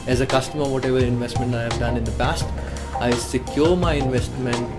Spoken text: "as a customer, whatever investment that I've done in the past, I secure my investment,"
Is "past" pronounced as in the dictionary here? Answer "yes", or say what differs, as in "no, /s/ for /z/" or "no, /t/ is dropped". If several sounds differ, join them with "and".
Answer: yes